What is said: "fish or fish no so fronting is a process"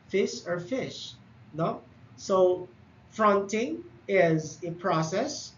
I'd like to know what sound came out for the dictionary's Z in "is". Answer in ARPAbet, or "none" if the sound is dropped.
Z